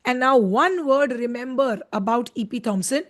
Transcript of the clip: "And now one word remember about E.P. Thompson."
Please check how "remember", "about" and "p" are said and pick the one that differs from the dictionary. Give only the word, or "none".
none